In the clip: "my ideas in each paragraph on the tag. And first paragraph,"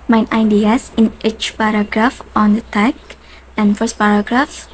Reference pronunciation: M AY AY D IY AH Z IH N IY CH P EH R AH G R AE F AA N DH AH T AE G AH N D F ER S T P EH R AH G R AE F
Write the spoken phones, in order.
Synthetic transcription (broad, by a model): M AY AY D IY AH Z IH N IY CH P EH R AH G R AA F AA N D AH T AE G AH N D F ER S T P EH R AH G R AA F